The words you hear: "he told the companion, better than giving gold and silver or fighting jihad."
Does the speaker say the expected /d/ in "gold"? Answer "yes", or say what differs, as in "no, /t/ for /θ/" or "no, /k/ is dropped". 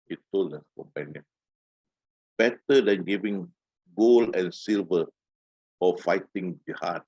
no, /d/ is dropped